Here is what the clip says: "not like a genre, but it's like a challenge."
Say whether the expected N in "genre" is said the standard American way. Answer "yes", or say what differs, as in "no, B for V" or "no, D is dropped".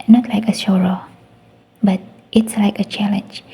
no, N is dropped